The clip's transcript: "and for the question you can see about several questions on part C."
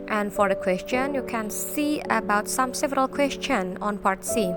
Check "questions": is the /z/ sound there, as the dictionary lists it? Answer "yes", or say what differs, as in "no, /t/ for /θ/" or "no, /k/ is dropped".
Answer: no, /z/ is dropped